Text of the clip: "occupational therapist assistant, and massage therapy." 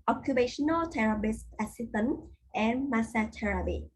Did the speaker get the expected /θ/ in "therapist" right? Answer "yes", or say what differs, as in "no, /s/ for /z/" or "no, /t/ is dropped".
no, /t/ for /θ/